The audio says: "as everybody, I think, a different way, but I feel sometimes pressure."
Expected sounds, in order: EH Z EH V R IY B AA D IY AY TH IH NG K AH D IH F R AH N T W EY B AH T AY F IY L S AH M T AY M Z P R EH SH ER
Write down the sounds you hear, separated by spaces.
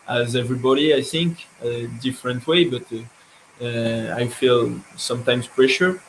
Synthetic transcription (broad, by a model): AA Z EH V R IY B AA D IY AY TH IH NG K AH D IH F R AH N T W EY B AH T AY F IY L S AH M T AY M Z P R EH SH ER